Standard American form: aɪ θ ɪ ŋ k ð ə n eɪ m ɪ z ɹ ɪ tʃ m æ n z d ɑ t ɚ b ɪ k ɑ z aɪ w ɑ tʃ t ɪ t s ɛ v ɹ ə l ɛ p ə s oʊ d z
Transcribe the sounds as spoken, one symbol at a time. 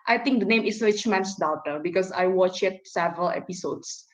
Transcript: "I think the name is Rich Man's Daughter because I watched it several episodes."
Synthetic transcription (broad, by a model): aɪ t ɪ ŋ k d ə n eɪ m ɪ s ɹ ɪ tʃ m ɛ n s d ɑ t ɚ b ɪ k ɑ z aɪ w ɑ tʃ ɪ t s ɛ v ɹ ə l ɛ p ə s oʊ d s